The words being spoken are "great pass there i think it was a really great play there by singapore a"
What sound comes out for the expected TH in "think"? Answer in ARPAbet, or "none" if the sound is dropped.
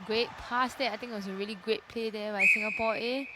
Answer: T